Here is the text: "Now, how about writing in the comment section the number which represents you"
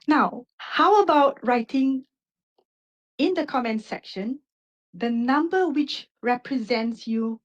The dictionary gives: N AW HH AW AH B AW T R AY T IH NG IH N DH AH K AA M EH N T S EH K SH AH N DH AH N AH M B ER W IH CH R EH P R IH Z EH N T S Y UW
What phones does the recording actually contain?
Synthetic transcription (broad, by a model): N AW HH AW AH B AW T R AY T IH NG IH N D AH K AA M EH N T S EH K SH AH N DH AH N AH M B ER W IH CH R EH P R IH Z EH N T S Y UW